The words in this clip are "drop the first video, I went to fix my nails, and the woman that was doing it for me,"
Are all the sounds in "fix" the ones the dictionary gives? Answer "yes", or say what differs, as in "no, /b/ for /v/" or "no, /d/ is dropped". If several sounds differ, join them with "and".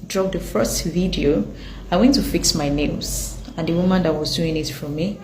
yes